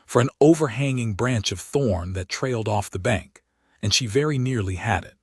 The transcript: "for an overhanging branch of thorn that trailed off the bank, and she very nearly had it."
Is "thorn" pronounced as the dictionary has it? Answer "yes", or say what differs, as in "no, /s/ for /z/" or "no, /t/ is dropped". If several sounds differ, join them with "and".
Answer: yes